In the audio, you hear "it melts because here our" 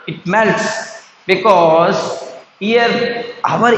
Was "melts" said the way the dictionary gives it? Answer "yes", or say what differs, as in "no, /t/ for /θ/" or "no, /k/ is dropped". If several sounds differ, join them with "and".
yes